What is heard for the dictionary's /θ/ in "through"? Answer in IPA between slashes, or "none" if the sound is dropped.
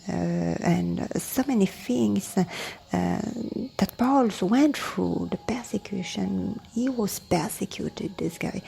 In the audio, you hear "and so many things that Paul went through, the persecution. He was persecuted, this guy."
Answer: /f/